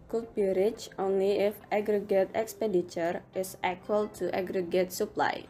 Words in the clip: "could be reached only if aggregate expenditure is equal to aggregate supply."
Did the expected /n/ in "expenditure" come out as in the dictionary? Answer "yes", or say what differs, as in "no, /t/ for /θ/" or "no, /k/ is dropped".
no, /n/ is dropped